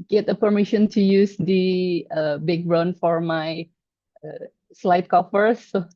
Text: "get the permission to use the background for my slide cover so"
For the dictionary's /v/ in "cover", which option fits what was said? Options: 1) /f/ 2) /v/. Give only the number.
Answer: 1